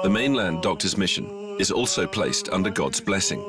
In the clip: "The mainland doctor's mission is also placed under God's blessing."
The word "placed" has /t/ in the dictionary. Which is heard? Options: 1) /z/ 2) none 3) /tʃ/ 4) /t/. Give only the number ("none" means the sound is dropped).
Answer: 4